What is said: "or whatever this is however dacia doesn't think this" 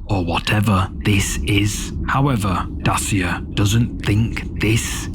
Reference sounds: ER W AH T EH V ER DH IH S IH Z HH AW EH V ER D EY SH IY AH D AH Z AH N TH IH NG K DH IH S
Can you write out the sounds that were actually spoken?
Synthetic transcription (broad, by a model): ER W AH T EH V ER DH IH S IH Z HH AW EH V ER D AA S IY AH D AH Z AH N TH IH NG K DH IH S